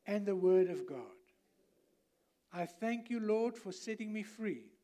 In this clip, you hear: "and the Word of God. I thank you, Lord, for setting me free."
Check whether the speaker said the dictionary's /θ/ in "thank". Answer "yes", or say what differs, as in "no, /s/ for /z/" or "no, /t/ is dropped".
yes